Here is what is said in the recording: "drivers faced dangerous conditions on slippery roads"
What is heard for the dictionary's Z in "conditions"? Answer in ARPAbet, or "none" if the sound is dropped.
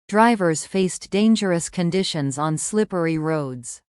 Z